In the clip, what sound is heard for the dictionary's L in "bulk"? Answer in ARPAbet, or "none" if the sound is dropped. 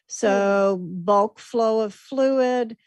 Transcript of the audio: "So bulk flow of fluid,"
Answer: L